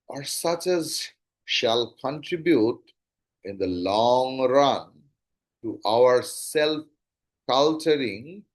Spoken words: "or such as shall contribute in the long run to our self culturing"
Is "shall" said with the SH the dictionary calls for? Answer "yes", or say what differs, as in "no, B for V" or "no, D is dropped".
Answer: yes